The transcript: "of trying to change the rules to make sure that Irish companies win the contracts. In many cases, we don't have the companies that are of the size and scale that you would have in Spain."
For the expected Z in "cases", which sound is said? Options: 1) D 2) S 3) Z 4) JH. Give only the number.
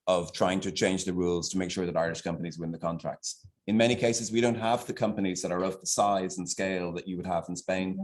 3